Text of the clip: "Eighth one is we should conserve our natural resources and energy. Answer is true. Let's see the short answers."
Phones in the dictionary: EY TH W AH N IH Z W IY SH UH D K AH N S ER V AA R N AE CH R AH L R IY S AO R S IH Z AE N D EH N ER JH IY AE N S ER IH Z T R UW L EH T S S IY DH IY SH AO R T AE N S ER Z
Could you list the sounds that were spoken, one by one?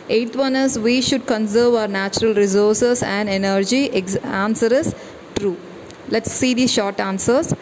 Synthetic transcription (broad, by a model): EY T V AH N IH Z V IY SH UH D K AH N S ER V AA R N AE CH R AH L R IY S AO R S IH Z AE N D EH N ER JH IY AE N S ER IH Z T R UW L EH T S S IY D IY SH AO R T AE N S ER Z